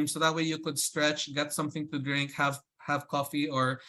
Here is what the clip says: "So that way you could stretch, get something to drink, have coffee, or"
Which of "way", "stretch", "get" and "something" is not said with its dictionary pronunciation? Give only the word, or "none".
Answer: none